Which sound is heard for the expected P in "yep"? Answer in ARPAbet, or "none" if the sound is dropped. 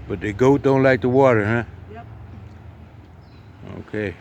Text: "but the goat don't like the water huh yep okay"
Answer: none